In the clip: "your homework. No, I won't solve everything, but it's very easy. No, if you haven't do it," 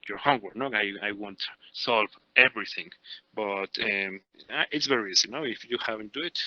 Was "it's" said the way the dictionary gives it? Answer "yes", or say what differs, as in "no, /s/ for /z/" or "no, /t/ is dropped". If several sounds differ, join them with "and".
yes